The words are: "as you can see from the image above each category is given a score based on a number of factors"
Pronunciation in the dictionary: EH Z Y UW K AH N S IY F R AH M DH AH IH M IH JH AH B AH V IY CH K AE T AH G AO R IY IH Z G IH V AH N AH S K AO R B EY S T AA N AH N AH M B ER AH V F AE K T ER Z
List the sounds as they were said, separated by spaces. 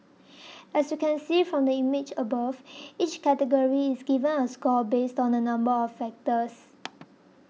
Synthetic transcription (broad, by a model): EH S Y UW K AH N S IY F R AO M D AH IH M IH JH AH B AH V IY CH K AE T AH G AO R IY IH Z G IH V AH N AH S K AO L B EY S T AA N AH N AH M B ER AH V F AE K T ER S